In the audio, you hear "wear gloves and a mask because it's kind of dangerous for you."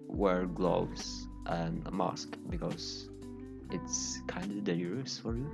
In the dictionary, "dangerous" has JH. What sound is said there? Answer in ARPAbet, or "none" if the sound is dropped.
none